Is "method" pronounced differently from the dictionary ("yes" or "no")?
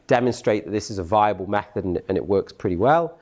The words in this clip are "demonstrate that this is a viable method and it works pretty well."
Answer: no